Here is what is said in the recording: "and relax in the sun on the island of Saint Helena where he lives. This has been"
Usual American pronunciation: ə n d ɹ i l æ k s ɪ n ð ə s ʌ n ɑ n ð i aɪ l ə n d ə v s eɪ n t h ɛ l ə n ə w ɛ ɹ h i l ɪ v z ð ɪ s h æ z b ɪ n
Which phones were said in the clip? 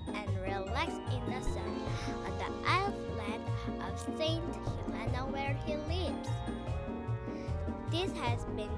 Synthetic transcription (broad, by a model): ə n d ɹ i l æ k s ɪ n ð ə s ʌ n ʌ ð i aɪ l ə d ə v s eɪ n t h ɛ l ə n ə w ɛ ɹ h i l ɪ v z ð ɪ s h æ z b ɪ n